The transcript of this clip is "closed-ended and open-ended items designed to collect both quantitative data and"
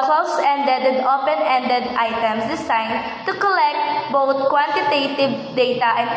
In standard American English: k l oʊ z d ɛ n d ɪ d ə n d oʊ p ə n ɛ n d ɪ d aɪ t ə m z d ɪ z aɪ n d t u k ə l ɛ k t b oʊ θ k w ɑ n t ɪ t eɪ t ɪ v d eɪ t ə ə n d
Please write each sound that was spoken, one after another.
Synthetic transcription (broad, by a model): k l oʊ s ɛ n d ɪ d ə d oʊ p ə n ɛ n d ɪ d aɪ t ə m s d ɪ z aɪ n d t u k ə l ɛ k t b oʊ t k w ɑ n t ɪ t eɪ t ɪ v d eɪ t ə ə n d